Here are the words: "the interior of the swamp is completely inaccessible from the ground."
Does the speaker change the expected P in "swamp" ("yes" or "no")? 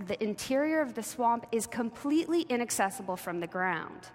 no